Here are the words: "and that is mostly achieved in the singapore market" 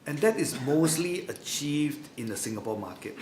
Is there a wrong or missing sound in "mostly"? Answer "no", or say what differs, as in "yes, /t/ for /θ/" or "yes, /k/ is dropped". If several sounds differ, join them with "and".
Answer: no